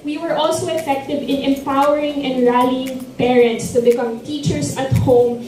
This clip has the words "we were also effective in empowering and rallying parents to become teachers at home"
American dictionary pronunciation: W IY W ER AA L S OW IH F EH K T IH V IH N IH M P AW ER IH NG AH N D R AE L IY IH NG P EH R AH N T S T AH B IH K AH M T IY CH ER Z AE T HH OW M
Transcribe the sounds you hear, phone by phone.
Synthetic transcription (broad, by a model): W IY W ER AA L S OW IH F EH K T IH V IH N IH M P AW ER IH NG AH N D R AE L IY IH NG P EH R AH N T S T AH B IH K AH M T IY CH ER S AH T HH OW M